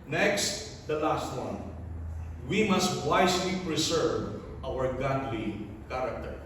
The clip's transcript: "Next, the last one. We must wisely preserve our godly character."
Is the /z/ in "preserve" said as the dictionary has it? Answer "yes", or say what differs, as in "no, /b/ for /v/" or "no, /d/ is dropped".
no, /s/ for /z/